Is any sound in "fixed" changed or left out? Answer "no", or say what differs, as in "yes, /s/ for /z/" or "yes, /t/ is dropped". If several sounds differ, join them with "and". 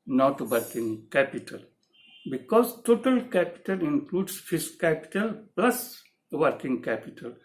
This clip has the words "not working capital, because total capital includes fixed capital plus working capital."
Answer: yes, /k/ is dropped